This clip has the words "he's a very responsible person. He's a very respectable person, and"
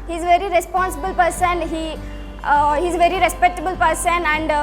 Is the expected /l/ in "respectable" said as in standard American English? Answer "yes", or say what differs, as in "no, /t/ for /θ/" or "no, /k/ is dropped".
yes